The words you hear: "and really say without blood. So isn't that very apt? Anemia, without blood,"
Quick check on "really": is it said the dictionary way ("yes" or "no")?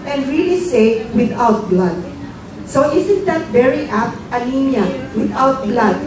yes